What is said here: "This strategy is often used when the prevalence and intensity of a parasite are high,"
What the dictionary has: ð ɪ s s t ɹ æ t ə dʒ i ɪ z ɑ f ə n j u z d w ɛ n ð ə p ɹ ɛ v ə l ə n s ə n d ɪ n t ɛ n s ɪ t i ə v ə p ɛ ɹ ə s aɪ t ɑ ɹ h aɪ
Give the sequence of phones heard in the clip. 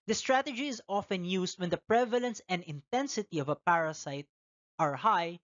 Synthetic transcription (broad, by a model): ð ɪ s s t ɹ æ t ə dʒ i ɪ z ɑ f ə n j u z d w ɛ n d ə p ɹ ɛ v ə l ə n s ə n d ɪ n t ɛ n s ɪ t i ə v ə p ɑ ɹ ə s aɪ t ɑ ɹ h aɪ